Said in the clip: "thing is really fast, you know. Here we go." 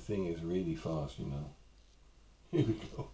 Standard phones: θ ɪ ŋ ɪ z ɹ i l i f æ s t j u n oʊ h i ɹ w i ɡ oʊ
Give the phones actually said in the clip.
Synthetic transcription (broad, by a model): θ ɪ ŋ ɪ z ɹ i l i f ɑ s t j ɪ n oʊ h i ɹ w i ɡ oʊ